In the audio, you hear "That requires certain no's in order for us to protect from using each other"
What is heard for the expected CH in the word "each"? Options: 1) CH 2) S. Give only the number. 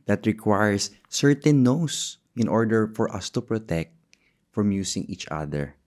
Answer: 1